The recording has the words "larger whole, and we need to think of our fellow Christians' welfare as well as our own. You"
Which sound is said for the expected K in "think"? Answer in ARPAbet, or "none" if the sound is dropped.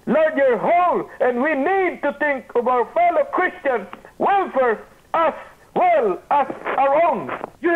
K